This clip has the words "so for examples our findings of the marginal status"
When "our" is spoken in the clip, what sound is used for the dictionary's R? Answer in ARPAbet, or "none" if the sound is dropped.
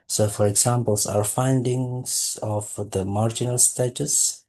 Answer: R